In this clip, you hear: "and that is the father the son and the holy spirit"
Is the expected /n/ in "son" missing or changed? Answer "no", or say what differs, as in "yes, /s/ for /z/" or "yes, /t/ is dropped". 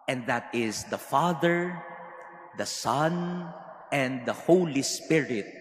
no